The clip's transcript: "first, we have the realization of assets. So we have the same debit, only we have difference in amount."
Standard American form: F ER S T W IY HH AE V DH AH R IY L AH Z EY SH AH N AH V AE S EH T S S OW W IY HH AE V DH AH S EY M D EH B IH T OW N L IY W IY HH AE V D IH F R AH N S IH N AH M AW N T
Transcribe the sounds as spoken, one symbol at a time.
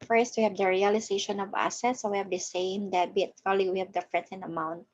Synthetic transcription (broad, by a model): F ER S T W IY HH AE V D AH R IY L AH S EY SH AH N AH V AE S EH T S S OW W IY HH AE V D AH S EY M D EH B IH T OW L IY W IY HH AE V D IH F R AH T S IH N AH M AW N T